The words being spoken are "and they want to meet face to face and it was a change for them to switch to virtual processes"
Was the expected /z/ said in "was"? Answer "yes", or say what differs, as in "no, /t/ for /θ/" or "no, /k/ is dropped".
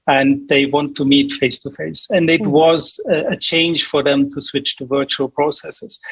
yes